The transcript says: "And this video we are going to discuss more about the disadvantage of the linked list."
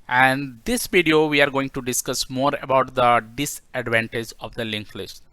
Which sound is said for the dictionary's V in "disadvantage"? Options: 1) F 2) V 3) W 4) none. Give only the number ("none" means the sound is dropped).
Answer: 2